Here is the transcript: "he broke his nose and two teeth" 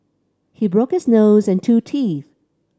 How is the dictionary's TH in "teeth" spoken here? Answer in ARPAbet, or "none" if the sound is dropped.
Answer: TH